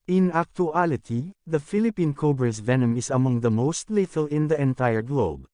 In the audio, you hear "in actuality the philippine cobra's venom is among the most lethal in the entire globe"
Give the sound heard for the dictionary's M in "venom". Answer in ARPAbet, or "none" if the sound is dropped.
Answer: M